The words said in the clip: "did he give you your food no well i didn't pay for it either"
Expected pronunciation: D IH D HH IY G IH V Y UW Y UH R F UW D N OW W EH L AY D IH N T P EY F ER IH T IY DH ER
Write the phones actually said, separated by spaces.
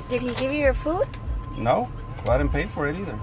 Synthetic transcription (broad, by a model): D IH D HH IY G IH V Y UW Y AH R F UW D N OW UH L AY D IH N P EY F ER IH T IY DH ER